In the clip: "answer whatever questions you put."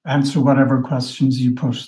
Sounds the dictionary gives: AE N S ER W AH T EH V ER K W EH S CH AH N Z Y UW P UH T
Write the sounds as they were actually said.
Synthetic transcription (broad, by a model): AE N S ER W AH T EH V ER K W EH S CH AH N Z Y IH P UH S